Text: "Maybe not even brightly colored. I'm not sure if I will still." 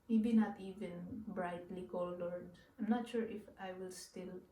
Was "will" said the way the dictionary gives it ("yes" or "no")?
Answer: yes